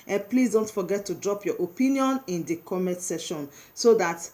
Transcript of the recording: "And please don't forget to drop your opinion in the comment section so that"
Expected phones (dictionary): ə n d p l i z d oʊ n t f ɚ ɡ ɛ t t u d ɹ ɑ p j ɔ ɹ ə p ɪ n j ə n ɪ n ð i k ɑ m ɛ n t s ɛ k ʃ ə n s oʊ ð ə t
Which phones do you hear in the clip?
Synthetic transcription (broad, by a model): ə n p l i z d oʊ n t f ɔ ɡ ɛ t t u d ɹ ɑ p j ɔ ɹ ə p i n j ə n ɪ n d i k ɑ m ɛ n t s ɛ ʃ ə n s oʊ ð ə t